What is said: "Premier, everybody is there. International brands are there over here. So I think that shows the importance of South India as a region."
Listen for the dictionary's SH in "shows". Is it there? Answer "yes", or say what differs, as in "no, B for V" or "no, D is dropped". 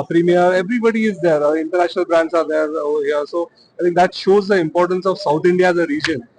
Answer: yes